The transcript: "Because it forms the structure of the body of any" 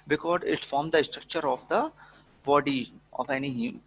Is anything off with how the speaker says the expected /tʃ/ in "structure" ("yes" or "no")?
no